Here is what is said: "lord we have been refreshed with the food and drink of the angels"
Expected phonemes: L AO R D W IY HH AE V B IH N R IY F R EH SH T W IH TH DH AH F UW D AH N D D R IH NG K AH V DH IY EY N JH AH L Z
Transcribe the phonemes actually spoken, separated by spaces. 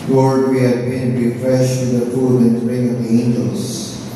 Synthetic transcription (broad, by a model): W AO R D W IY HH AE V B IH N R IY F R EH SH T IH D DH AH F UW D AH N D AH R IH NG AH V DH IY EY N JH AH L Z